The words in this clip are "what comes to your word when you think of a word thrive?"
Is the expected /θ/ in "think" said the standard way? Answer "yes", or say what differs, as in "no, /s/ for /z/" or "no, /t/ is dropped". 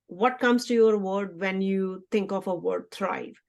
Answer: no, /t/ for /θ/